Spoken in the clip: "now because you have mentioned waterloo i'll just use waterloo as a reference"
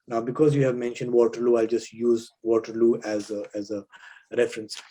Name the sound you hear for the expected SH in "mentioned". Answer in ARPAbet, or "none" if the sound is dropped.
SH